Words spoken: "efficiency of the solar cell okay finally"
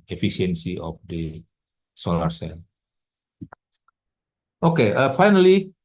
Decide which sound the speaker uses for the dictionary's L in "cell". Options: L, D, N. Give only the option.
N